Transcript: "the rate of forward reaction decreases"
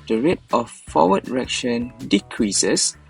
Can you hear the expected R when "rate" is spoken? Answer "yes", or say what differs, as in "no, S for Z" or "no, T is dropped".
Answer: yes